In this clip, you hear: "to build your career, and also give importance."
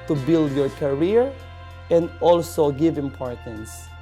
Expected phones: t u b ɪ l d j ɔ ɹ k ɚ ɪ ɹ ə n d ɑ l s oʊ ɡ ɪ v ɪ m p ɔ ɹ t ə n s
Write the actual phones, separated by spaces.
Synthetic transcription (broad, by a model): t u b ɪ l d j ɔ ɹ k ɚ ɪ ɹ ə n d ɑ l s oʊ ɡ ɪ v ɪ m p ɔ ɹ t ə n s